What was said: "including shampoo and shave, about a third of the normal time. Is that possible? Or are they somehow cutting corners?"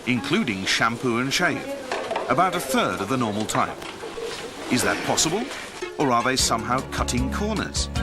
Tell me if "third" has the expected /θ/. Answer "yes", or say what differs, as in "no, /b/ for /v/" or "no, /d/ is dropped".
yes